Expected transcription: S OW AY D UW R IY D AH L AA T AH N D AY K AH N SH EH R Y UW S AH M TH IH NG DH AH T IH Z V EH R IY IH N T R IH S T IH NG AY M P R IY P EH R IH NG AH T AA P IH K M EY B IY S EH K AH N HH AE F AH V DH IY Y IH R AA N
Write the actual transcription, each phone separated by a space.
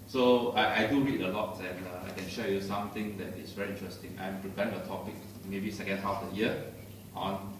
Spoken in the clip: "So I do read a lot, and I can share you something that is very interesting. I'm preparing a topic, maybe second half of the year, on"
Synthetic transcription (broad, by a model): S OW AY D UW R IY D AH L AA T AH N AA AY K AH N SH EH Y UW S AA M T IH NG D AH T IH S V EH R IY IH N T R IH S T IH NG AY M P R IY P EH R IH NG AH T AA P IH K M EY B IY S EH K AH N HH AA F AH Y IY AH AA N